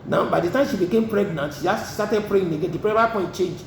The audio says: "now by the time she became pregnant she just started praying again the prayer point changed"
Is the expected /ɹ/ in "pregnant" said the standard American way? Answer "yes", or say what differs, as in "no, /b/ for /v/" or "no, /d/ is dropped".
yes